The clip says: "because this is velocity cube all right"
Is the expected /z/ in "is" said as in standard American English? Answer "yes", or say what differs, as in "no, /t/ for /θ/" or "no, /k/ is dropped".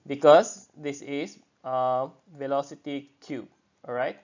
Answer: no, /s/ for /z/